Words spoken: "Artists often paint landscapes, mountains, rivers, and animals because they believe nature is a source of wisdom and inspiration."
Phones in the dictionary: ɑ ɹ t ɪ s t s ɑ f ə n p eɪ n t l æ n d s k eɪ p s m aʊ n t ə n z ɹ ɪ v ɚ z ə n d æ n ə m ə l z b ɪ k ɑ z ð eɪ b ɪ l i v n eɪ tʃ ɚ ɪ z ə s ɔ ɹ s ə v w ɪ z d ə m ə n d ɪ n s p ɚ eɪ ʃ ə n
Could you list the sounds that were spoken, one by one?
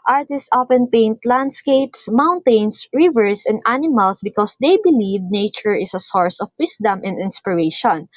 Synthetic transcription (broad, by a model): ɑ ɹ t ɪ s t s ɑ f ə n p eɪ n t l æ n d s k eɪ p s m aʊ n t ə n s ɹ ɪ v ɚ s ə n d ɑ n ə m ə l s b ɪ k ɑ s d eɪ b ɪ l i v n eɪ tʃ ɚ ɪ s ə s ɔ ɹ s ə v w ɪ s d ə m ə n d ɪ n s p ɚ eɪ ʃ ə n